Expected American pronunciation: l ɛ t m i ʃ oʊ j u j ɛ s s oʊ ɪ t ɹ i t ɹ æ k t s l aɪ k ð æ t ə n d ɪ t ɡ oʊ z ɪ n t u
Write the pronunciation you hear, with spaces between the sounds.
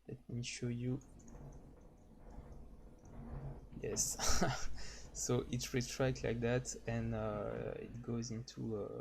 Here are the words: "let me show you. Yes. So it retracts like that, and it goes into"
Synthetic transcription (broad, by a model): l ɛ t m i ʃ oʊ j u j ɛ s s oʊ ɪ t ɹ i t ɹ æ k l aɪ k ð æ t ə n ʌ ɪ t ɡ oʊ z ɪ n t u